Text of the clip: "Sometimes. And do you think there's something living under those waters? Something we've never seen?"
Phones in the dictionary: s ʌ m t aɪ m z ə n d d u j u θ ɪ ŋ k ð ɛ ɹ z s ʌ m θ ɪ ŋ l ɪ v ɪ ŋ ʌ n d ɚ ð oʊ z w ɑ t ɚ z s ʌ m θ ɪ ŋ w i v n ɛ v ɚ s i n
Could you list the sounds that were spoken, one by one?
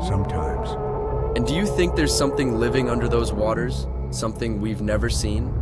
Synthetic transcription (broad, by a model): s ʌ m t aɪ m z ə n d d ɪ j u θ ɪ ŋ k ð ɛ ɹ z s ʌ m θ ɪ ŋ l ɪ v ɪ ŋ ʌ n d ɚ ð oʊ z w ɑ t ɚ z s ʌ m θ ɪ ŋ w i v n ɛ v ɚ s i n